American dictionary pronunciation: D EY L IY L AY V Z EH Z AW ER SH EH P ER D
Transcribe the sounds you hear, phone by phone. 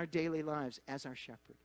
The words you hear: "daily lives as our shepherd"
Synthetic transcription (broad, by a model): D EY L IY L AY V Z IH Z AW ER SH EH P ER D